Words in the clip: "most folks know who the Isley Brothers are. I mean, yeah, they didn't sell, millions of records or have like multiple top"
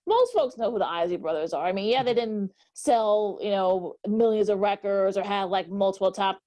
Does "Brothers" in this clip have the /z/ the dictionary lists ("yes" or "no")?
yes